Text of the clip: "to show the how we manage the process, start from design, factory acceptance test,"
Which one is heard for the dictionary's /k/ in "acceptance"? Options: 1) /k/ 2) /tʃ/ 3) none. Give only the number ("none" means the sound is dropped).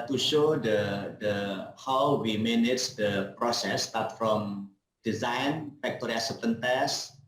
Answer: 3